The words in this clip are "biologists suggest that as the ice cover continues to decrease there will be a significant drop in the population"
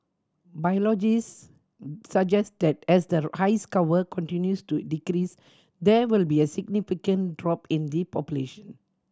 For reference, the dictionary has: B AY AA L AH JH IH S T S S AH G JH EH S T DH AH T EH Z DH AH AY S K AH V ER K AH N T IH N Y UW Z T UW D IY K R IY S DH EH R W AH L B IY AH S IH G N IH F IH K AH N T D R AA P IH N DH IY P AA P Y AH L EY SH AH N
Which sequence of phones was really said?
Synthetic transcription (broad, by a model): B AY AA L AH JH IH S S S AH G JH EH S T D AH T EH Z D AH AY S K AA W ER K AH N T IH N Y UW S T UW D IY K R IY S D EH W AH L B IY AH S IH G N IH F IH K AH N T D R AA P IH N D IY P AA P Y AH L EY SH AH N